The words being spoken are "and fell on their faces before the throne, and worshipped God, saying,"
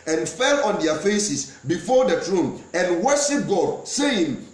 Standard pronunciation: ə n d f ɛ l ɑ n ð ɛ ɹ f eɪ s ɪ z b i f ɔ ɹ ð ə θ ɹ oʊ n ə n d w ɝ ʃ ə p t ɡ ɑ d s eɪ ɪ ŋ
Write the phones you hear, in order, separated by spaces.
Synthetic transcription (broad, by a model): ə n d f ɛ l ɑ n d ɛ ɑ f eɪ s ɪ s b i f ɔ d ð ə t ɹ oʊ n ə n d w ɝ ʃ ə p ɡ ɑ d s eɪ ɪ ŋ